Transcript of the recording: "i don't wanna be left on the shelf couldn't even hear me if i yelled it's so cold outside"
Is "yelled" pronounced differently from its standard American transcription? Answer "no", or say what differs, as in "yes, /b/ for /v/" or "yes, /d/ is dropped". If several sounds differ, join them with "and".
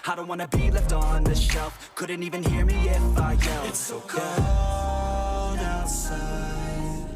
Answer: yes, /d/ is dropped